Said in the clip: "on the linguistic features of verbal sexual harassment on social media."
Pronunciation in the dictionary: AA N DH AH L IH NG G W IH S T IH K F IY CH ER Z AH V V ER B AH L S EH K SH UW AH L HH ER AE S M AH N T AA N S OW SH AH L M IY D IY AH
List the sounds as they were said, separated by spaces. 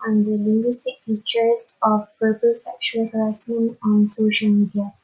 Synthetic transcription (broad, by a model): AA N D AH L IH NG G W IH S T IH K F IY CH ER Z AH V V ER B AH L S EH K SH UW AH L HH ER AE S AH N AA N S OW SH AH L M IY D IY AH